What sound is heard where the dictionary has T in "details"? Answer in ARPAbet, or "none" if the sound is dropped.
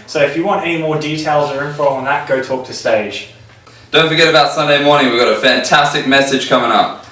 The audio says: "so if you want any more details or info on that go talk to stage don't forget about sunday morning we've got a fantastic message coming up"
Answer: T